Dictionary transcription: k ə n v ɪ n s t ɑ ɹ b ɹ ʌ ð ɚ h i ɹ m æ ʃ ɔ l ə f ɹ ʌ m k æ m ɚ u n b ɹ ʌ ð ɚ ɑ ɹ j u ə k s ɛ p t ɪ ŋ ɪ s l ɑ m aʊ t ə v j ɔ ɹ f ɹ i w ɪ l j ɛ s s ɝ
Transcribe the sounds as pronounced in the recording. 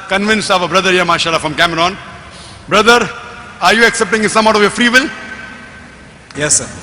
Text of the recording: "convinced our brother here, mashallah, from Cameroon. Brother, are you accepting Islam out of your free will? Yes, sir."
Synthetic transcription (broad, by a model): k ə n v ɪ n s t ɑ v b ɹ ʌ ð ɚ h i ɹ m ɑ ʃ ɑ l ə f ɹ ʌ m k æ m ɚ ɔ n b ɹ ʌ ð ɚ ɑ ɹ j u ə k s ɛ p t ɪ ŋ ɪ s ʌ m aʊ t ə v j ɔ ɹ f ɹ i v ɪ l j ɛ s s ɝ